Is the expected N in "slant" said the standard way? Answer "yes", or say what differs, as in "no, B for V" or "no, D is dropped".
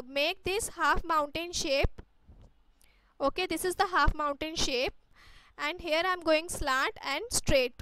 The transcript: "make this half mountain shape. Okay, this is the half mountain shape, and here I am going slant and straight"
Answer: no, N is dropped